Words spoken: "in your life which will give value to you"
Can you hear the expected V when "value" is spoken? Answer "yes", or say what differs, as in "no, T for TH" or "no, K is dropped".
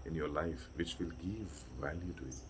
yes